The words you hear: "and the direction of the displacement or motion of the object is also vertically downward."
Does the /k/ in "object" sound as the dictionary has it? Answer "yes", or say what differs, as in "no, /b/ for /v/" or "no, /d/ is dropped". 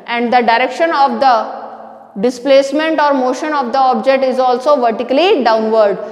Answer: yes